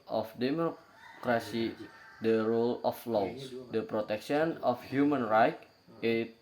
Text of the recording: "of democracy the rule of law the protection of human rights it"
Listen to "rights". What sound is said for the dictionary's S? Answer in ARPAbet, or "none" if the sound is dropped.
none